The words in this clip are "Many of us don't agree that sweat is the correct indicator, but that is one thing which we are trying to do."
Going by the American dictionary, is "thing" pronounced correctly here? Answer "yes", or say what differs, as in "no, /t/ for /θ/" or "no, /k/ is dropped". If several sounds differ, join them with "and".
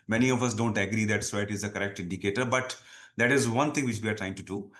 no, /t/ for /θ/